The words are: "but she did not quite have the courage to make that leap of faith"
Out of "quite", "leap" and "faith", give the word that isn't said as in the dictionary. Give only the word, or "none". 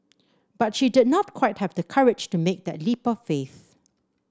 none